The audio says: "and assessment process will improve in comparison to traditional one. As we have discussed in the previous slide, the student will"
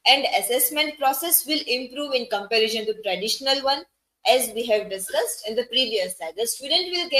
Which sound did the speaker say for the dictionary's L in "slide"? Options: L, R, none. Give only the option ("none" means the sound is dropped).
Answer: none